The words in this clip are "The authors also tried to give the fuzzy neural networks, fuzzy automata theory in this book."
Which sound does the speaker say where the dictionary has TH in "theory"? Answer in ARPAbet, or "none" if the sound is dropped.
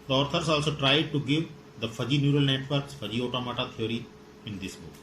T